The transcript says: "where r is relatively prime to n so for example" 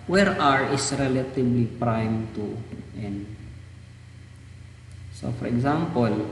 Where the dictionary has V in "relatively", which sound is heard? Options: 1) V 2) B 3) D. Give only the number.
2